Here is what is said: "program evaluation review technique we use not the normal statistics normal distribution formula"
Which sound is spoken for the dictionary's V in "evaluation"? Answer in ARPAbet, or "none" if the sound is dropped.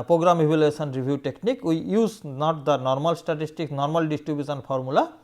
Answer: B